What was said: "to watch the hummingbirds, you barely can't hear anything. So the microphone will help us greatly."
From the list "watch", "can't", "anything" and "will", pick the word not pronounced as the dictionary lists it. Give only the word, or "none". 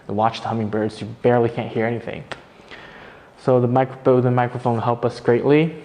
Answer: will